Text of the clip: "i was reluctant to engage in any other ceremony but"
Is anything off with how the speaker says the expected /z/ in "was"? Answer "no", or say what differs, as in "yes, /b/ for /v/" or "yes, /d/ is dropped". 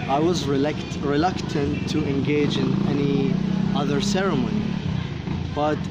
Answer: no